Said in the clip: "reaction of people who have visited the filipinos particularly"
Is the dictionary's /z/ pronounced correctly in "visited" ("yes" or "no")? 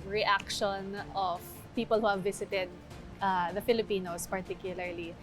no